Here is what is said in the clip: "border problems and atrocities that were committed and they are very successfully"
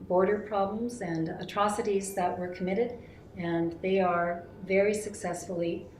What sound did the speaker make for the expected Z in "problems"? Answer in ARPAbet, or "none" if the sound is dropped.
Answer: Z